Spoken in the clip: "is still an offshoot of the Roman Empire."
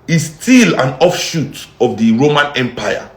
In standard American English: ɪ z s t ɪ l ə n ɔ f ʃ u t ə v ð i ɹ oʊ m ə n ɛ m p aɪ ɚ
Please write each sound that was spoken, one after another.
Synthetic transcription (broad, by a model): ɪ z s t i l ə n ɔ f ʃ u t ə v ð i ɹ oʊ m ə n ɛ m p aɪ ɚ